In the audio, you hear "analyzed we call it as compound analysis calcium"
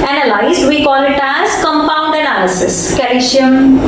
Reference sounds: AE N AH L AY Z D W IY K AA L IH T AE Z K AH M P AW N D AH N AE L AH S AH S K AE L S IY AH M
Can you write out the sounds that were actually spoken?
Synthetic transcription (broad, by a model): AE N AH L AY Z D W IY K AA L IH T AE Z K AH M P AW N D AH N AE L AH S AH S K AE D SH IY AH M